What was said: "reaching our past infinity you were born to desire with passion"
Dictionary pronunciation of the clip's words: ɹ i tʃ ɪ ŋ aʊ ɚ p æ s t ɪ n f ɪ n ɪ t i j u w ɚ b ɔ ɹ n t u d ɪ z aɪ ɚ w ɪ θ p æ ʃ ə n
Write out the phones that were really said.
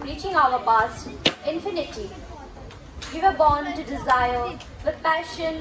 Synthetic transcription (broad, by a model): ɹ i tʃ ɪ ŋ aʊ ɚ b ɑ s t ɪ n f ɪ n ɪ t i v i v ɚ b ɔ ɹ n t u d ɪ z aɪ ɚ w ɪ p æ ʃ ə n